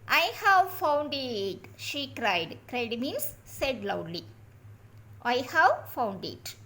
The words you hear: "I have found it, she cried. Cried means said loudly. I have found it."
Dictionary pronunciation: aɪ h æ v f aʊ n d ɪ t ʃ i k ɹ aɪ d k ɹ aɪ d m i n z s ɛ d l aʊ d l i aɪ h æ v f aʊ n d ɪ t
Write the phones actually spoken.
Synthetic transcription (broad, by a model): aɪ h æ v f aʊ n d ɪ t ʃ i k ɹ aɪ d k ɹ aɪ d m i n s s ɛ d l aʊ d l i aɪ h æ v f aʊ n d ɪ t